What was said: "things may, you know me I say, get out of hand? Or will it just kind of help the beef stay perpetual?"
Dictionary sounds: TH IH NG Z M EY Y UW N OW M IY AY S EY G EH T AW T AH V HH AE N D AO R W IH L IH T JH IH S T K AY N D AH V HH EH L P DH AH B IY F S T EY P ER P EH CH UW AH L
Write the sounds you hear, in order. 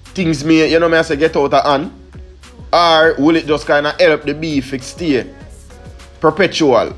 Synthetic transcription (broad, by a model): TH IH NG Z M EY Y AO N OW M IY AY S EY G EH T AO T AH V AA N AA R W IH L IH T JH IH S K AY N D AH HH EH L P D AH B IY F S T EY P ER P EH CH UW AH L